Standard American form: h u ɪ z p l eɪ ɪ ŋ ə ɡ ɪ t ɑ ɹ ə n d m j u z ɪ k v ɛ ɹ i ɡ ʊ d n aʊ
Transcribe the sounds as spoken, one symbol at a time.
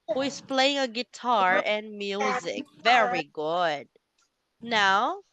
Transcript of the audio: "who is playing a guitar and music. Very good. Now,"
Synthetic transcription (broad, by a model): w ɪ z p l eɪ ɪ ŋ ə ɡ ɪ t ɑ ɹ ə n m j u z ɪ k v ɛ ɹ i ɡ ʊ d n aʊ